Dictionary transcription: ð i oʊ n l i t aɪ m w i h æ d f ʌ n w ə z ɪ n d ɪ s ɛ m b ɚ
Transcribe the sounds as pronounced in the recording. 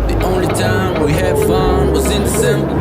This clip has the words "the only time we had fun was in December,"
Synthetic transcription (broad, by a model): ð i oʊ n l i t aɪ m w i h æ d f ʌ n w ə z ɪ n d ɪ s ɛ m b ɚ